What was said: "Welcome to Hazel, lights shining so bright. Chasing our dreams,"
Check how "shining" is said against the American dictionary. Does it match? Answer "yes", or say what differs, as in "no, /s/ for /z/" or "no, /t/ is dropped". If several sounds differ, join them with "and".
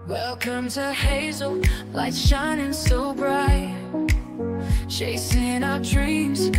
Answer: yes